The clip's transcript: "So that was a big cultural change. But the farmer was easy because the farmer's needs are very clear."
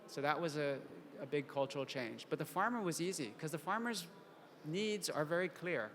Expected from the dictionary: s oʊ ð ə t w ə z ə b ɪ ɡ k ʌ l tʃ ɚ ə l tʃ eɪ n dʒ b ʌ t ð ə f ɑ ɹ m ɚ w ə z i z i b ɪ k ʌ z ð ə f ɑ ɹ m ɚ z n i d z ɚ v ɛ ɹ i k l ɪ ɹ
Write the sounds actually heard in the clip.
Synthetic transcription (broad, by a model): s oʊ ð ə t w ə z ə b ɪ ɡ k ʌ l tʃ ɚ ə l tʃ eɪ n dʒ b ʌ t ð ə f ɑ ɹ m ɚ w ə z i z i k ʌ z ð ə f ɑ ɹ m ɚ z n i d z ɚ v ɛ ɹ i k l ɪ ɹ